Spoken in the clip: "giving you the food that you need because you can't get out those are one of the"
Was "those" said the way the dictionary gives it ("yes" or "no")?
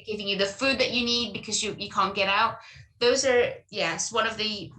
yes